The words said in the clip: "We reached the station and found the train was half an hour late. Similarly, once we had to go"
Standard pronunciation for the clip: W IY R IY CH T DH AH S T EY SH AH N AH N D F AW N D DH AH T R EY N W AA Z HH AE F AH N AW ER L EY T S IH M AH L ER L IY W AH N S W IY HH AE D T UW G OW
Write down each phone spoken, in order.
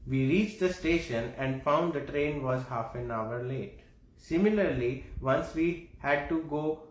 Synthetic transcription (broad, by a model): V IY R IY CH T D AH S T EY SH AH N AH N D F AW N D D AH T R EY N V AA Z HH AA F AH N AW ER L EY T S IH M AH L ER L IY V AH N S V IY HH AE D T UW G OW